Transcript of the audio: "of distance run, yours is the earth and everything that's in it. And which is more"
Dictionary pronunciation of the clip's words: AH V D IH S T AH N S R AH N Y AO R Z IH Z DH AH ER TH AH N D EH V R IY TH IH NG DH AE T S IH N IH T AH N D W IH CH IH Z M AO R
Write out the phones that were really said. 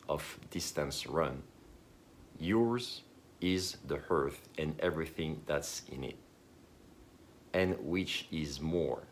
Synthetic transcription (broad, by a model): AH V D IH S T AH N S R AH N Y AO R Z IH Z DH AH ER TH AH N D EH V R IY TH IH NG DH AE T S IH N IH T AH N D W IH CH IH Z M AO R